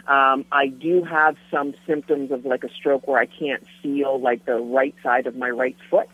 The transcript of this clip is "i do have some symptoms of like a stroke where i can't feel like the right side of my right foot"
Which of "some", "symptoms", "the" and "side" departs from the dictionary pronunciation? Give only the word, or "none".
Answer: none